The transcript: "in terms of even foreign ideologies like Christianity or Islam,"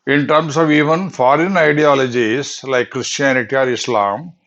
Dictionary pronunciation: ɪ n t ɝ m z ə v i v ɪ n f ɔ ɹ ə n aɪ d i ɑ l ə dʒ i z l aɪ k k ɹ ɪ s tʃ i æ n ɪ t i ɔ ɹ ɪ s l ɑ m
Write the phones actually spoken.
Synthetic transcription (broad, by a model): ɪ n t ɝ m s ə v i v ɪ n f ɔ ɹ ə n aɪ d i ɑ l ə dʒ i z l aɪ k k ɹ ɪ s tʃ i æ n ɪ t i ɔ ɹ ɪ s l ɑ m